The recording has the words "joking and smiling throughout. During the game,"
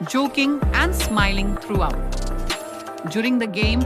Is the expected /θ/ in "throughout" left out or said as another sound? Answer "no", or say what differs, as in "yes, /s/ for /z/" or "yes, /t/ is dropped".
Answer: yes, /t/ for /θ/